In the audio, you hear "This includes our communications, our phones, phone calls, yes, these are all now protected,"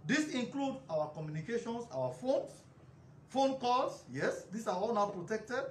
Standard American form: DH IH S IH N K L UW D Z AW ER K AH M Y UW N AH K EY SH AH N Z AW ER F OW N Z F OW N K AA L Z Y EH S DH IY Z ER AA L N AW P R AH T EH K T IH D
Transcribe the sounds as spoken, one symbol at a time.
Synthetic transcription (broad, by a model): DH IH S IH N K L UW D AW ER K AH M Y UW N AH K EY SH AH N S AW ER F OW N S F OW N K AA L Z Y EH S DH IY S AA AA L N AW P R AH T EH K T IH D